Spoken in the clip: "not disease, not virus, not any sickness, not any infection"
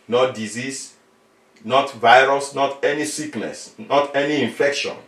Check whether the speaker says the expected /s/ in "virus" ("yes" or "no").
yes